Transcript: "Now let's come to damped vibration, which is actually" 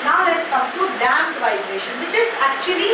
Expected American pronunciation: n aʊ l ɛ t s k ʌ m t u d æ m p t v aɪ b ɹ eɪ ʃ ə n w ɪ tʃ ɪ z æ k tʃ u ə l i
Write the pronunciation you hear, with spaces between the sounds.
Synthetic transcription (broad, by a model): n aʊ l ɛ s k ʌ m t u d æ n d v aɪ b ɹ eɪ ʃ ə n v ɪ tʃ ɪ z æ k tʃ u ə l i